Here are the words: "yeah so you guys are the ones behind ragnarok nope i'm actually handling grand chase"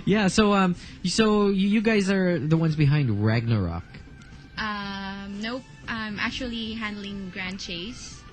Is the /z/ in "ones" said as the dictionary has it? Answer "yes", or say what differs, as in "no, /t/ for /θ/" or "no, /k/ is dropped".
yes